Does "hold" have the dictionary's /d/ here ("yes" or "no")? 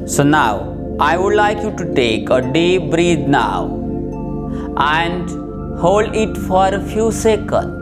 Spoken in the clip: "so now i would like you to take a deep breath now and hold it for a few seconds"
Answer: yes